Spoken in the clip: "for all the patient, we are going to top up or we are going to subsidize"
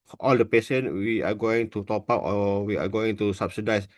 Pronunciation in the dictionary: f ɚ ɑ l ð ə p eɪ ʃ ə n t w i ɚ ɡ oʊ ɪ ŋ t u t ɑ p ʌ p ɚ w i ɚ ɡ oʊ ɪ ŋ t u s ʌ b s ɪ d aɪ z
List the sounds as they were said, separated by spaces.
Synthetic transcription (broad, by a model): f ɑ l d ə p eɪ s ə n w i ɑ ɡ oʊ ɪ ŋ t u t ɑ p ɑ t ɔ w i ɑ ɡ oʊ ɪ ŋ t u s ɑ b s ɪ d aɪ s